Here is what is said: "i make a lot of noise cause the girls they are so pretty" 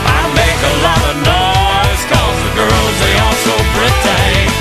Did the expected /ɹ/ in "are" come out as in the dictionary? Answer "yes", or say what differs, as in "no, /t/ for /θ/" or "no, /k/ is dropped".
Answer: no, /l/ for /ɹ/